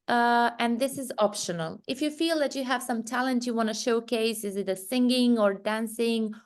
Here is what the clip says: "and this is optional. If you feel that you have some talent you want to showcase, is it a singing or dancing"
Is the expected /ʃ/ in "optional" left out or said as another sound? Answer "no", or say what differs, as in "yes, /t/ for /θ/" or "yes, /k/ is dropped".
no